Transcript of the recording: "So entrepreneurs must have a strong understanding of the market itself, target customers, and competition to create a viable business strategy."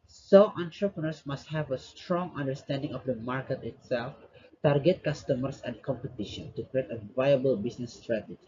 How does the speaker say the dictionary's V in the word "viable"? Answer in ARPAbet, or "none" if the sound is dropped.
V